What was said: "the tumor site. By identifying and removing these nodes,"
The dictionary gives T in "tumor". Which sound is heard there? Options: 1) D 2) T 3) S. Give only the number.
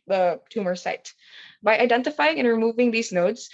2